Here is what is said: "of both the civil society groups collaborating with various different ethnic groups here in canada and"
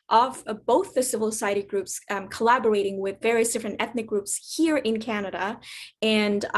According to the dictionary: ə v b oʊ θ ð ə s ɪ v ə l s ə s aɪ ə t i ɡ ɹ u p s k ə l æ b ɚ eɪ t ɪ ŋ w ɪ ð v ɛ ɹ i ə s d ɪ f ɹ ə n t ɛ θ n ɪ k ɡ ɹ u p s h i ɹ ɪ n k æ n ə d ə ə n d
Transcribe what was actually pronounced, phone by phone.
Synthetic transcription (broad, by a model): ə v b oʊ θ ð ə s ɪ v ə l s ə s aɪ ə t i ɡ ɹ u p s k ə l æ b ɚ eɪ t ɪ ŋ w ɪ ð v ɛ ɹ i ə s d ɪ f ɹ ə n t ɛ θ n ɪ k ɡ ɹ u p s h i ɹ ɪ n k æ n ə d ə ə n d